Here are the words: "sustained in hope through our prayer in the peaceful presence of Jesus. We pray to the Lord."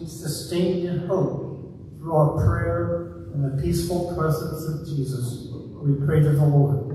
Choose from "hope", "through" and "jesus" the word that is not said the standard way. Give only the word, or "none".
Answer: none